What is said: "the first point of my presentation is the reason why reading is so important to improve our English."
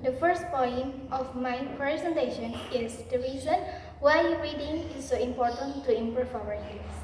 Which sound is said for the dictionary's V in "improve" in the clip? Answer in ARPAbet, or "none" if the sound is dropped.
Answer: F